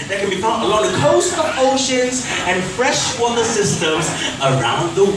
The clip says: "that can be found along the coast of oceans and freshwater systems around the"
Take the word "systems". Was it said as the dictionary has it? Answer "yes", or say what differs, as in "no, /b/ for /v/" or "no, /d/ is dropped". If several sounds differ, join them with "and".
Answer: yes